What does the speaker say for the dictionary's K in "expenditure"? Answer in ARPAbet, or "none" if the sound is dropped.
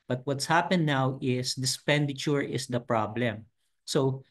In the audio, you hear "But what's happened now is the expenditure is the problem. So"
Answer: none